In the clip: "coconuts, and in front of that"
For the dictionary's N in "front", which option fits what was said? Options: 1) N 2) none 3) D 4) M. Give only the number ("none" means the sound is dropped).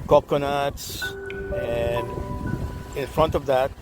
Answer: 1